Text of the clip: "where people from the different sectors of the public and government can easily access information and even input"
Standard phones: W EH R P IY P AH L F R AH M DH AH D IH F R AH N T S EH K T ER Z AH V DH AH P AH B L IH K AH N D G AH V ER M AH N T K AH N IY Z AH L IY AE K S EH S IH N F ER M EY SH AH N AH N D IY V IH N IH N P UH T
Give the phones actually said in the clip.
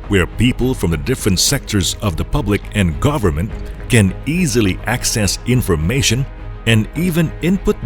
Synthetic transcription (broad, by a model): W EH R P IY P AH L F R AH M DH AH D IH F R AH N T S EH K T ER Z AH V DH AH P AH B L IH K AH N G AH V ER M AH N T K AH N IY Z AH L IY AE K S EH S IH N F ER M EY SH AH N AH N IY V IH N IH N P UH T